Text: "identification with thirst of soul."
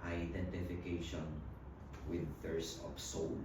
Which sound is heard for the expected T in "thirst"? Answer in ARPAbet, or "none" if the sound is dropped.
none